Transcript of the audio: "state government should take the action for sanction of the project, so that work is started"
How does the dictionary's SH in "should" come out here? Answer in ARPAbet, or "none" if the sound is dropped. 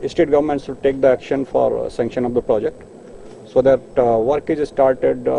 S